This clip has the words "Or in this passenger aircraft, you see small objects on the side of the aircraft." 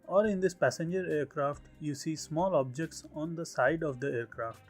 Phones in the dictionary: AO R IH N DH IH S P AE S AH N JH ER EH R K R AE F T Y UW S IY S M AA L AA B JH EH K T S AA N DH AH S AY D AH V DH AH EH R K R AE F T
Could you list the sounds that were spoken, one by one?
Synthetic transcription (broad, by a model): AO R IH N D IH S P AE S AH N JH ER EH R K R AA F T Y UW S IY S M AA L AA B JH EH K T S AA N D AH S AY D AH V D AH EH R K R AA F T